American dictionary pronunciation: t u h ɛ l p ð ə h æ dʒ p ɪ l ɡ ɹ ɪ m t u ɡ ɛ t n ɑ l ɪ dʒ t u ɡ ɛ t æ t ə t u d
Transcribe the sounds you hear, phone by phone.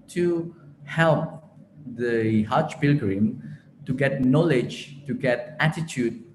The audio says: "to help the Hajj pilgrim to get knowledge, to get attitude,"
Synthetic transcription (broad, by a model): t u h ɛ l p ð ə h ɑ tʃ p ɪ l ɡ ɹ ɪ m t u ɡ ɛ t n ɑ l ɪ dʒ t u ɡ ɛ t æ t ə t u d